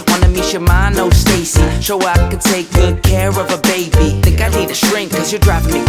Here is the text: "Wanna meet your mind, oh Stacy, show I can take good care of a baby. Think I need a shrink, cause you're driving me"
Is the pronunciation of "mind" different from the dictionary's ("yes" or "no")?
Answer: yes